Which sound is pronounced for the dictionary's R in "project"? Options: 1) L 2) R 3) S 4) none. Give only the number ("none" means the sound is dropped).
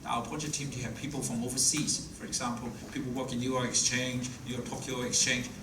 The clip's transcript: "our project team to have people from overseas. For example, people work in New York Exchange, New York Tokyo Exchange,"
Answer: 4